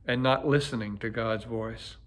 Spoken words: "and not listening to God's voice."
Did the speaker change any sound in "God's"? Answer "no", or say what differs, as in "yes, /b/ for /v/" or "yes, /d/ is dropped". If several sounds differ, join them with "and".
no